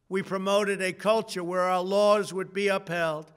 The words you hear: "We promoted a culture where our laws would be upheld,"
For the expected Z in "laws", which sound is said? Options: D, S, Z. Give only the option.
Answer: Z